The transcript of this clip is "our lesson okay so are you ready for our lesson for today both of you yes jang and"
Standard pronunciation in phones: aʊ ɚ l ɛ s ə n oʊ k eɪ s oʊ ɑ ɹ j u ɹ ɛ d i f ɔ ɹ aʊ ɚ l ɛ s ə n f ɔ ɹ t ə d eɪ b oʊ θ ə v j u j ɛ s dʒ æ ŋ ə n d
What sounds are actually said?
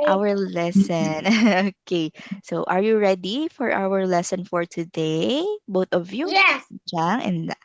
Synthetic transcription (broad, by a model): aʊ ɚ l ɛ s ə n oʊ k eɪ s oʊ ɑ ɹ j u ɹ ɛ d i f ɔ ɹ aʊ ɚ l ɛ s ə n f ɔ ɹ t ə d eɪ b oʊ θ ə v j u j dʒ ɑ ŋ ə n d